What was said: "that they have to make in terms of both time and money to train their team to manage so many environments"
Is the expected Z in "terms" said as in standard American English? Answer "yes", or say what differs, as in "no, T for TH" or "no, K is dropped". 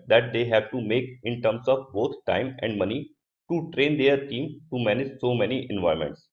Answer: no, S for Z